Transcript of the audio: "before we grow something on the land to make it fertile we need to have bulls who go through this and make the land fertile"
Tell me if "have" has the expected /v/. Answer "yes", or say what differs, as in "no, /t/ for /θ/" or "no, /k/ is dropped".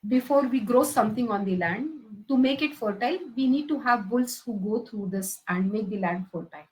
yes